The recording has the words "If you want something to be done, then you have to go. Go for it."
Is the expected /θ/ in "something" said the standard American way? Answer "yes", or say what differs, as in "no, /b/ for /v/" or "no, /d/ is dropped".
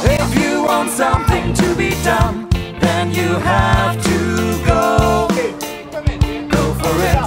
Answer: yes